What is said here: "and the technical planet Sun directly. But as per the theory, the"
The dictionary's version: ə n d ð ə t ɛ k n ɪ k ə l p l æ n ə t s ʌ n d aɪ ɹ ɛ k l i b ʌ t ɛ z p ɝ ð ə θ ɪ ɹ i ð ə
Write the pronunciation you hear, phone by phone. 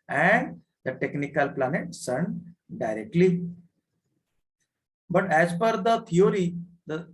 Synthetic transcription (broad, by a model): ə n d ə t ɛ k n ɪ k ə l p l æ n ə t s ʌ n d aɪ ɹ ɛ k l i b ʌ t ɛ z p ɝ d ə t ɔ ɹ i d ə